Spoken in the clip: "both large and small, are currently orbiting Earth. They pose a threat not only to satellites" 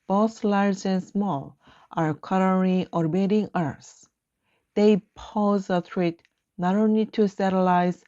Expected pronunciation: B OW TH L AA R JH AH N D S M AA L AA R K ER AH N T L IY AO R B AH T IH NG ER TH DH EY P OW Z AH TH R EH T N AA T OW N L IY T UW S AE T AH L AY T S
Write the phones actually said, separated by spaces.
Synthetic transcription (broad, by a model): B OW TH L AA R JH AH N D S M AA L AA R K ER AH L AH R IY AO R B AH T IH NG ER S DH EY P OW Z AH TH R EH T N AA T OW N L IY T UW S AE T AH L AY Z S